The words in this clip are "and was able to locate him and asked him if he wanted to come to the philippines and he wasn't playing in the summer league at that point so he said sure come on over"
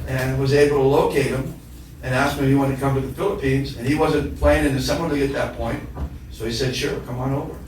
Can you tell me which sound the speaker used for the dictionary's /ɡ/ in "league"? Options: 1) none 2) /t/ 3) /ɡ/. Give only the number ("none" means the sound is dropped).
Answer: 1